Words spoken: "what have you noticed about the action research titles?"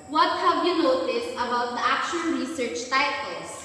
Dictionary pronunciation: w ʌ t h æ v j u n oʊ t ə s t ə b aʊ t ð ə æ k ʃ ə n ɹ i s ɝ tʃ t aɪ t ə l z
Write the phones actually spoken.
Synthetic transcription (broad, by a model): w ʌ t h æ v j u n oʊ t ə s ə b aʊ t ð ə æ k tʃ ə l ɹ i s ɝ tʃ t aɪ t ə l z